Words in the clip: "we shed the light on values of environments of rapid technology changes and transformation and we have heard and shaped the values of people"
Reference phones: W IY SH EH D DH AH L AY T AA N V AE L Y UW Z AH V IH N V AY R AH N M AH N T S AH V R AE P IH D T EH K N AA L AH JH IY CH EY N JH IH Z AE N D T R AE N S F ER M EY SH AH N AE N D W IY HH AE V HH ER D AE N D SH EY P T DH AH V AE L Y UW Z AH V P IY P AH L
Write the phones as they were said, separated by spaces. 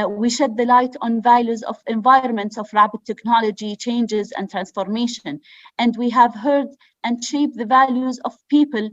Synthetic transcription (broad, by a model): W IY SH EH D DH AH L AY T AA N V AE L Y UW Z AH V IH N V AY R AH N M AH N T S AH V R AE B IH T EH K N AA L AH JH IY CH EY N JH IH Z AE N D T R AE N S F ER M EY SH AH N AE N D W IY HH AE V HH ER D AE N D SH EY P DH AH V AE L Y UW Z AH V P IY P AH L